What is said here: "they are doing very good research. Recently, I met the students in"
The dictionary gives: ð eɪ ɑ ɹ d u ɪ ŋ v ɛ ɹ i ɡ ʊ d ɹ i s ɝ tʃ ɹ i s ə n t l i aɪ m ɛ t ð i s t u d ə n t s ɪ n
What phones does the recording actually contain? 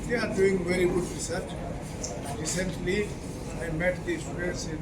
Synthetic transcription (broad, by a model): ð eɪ ɑ ɹ d u ɪ ŋ v ɛ ɹ i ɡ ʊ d ɹ i s ɝ tʃ ɹ i s ə n t l i aɪ m ɛ t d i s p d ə t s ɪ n